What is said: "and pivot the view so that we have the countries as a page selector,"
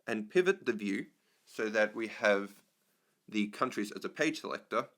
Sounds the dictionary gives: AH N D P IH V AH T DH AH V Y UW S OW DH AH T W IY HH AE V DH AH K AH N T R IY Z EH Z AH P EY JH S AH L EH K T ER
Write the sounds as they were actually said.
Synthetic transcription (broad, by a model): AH N P IH V AH T DH AH V Y UW S OW DH AH T W IY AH V DH AH K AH N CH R IY Z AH Z AH P EY JH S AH L EH K T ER